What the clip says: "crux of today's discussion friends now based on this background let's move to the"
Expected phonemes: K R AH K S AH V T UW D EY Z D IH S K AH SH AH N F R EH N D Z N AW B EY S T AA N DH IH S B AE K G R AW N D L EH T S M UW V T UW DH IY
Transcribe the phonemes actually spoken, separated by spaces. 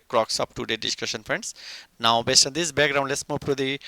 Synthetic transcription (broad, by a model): K R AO K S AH P T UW D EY D IH S K AH SH AH N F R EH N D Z N AW B EY S T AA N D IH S B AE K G R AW N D L EH T S M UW P T UW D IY